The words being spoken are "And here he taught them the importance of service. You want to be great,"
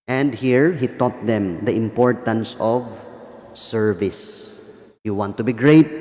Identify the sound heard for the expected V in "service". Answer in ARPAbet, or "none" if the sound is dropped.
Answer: V